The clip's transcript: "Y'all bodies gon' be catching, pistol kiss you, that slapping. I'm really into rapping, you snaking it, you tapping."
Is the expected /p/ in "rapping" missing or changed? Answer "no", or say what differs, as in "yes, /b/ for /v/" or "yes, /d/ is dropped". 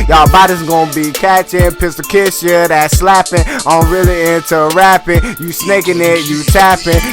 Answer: no